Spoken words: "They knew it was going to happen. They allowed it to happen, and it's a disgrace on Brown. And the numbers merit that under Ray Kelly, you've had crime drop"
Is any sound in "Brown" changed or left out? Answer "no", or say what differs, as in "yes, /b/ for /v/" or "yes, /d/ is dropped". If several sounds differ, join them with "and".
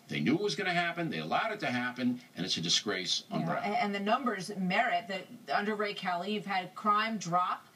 yes, /n/ is dropped